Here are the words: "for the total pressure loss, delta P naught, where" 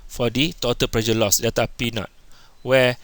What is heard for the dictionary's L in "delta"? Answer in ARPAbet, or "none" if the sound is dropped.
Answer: none